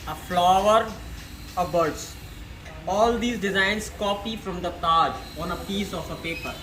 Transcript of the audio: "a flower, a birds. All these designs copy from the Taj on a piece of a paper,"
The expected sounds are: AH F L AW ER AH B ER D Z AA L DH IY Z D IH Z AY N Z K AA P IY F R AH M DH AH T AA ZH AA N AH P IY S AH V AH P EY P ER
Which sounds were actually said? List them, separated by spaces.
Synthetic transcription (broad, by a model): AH F L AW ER AH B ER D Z AA L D IY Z D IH Z AY N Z K AA P IY F R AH M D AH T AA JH AA N AH P IY S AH F AH P EY P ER